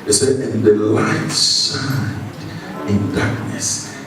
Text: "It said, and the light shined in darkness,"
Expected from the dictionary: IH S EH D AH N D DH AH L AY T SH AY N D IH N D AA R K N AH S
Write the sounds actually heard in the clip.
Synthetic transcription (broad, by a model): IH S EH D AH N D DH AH L AY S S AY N IH N D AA R K N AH S